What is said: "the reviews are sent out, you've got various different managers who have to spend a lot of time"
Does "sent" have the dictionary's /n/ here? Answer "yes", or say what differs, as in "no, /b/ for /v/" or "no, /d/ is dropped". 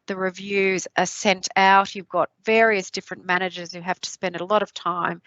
yes